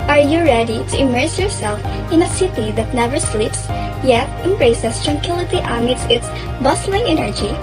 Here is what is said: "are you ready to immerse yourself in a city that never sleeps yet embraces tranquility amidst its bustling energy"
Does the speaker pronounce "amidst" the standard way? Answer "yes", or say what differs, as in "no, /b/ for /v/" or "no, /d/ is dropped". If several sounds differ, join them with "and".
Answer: no, /t/ is dropped